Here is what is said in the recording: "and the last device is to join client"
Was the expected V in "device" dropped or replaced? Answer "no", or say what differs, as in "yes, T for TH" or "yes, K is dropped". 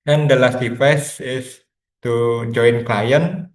yes, F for V